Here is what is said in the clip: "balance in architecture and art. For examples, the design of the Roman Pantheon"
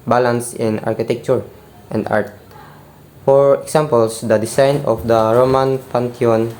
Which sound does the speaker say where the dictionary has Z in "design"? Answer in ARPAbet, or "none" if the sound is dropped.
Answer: S